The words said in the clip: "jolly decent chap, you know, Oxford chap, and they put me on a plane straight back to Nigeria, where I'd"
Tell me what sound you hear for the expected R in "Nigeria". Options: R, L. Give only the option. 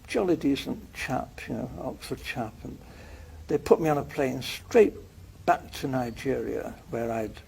R